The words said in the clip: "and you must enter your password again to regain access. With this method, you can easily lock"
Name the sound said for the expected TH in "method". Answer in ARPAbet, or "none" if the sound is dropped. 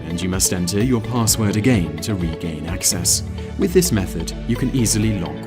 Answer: TH